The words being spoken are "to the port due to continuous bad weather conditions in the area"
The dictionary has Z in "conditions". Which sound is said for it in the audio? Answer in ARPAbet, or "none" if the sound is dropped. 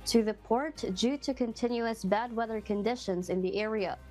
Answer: Z